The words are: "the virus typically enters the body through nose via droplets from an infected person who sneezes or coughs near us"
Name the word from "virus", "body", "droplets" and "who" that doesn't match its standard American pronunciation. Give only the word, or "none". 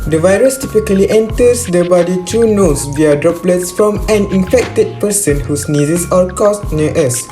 none